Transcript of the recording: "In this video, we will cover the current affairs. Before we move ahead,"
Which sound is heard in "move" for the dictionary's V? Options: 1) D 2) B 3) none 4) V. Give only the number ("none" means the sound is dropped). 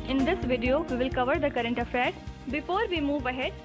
4